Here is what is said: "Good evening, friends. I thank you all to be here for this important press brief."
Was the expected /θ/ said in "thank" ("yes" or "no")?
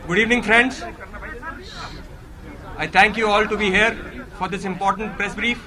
no